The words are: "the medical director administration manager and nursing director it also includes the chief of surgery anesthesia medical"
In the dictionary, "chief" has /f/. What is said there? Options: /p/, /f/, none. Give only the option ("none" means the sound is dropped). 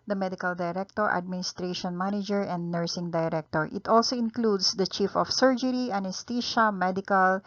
/f/